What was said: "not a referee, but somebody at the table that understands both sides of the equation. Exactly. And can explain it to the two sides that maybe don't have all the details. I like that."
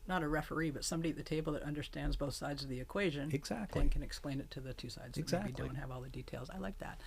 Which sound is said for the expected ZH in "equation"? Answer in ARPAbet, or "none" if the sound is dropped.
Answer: ZH